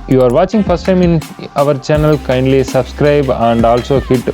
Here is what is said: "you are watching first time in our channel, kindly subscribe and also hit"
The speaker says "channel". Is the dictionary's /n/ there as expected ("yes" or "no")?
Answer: yes